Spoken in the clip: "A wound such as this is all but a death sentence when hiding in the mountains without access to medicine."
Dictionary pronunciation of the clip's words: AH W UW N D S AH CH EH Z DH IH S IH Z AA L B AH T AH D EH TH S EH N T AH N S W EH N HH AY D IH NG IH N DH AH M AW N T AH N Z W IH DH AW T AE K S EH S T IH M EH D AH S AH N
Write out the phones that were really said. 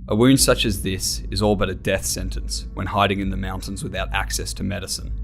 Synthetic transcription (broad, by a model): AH W UW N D S AH CH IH Z DH IH S IH Z AA L B AH T AH D EH TH S EH N T AH N S W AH N HH AY D IH NG IH N DH AH M AW N T AH N Z W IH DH AW T AE K S EH S T IH M EH D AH S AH N